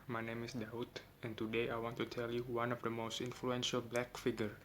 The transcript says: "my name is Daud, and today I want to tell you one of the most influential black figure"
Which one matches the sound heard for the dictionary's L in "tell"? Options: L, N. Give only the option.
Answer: L